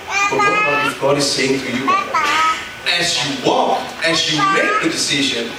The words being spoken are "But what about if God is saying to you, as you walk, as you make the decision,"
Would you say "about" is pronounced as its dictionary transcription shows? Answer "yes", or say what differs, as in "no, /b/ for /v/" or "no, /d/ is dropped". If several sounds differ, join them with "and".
no, /b/ is dropped